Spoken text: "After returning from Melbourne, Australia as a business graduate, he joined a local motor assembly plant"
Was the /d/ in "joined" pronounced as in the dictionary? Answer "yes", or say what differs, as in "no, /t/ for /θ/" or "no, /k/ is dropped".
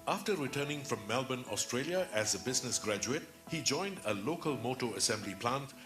yes